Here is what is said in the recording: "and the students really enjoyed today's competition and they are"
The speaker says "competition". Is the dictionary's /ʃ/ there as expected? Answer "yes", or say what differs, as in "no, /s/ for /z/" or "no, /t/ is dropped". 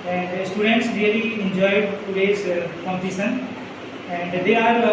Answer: no, /s/ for /ʃ/